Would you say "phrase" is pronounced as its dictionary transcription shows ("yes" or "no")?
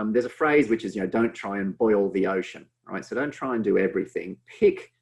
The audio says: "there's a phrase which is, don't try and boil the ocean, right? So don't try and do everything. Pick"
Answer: yes